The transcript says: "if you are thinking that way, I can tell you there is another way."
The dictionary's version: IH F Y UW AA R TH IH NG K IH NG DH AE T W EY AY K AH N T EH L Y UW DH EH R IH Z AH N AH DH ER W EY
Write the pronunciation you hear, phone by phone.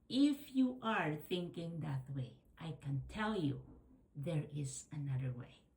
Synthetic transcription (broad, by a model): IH F Y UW AA R TH IH NG K IH NG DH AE T W EY AY K AH N T EH L Y UW DH EH R IH Z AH N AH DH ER W EY